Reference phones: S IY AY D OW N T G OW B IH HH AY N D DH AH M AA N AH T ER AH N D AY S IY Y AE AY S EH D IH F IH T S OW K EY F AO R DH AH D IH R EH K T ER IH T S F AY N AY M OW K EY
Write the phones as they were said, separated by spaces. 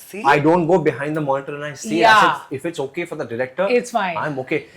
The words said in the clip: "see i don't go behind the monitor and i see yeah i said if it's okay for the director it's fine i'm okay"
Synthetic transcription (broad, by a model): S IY AY D OW N T G OW B IH HH AY N D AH M AA N AH T ER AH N AY S IY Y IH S IH F IH T S OW K EY F AO R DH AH D IH R EH K T ER IH T S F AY AY M OW K EY